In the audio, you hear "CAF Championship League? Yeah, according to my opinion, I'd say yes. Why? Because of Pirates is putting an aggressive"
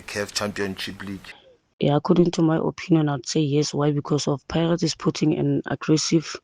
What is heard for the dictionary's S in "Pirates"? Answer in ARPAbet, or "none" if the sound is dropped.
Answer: none